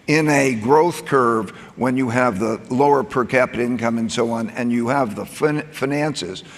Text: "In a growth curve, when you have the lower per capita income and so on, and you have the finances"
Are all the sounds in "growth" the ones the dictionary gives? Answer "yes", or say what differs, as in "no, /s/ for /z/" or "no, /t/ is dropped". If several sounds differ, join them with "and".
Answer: yes